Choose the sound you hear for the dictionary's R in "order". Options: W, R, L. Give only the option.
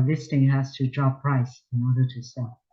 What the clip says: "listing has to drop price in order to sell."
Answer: R